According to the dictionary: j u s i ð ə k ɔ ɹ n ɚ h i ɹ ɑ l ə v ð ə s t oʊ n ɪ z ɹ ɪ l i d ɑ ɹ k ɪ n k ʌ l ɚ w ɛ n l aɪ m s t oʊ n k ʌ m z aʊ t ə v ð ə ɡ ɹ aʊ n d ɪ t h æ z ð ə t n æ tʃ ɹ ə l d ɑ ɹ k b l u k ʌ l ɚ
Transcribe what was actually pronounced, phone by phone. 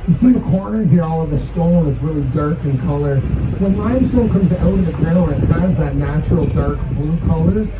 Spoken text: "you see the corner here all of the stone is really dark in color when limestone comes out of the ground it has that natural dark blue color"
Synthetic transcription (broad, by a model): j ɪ s i ð ə k ɔ ɹ n ɚ h i ɹ ɑ l ə v ð ə s t oʊ l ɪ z ɹ ɪ l i d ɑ ɹ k ɪ n k ʌ l ɚ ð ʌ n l aɪ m s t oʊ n k ʌ m z aʊ t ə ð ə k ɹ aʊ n ɪ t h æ z ð ə t n æ tʃ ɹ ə l d ɑ ɹ k b l u k ʌ l ɚ